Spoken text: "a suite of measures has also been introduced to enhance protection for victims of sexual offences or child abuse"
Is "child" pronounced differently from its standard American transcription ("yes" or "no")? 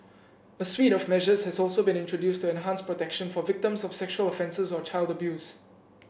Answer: no